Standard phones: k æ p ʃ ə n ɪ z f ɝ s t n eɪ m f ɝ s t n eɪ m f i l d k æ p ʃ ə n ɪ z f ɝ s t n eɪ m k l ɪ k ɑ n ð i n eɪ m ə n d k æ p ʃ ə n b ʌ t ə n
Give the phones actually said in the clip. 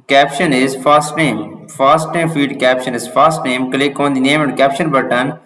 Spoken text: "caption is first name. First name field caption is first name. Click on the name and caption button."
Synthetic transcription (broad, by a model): k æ p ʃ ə n ɪ z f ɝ s t n eɪ m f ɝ s t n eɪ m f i d k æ p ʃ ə n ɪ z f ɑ s t n eɪ m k l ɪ k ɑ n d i n eɪ m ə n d k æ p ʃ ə n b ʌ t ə n